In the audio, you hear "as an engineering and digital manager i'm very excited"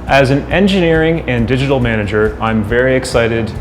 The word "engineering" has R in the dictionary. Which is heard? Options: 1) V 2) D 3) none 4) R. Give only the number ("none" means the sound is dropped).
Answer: 4